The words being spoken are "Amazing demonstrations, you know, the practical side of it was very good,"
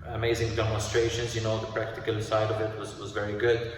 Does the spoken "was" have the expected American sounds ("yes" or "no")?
yes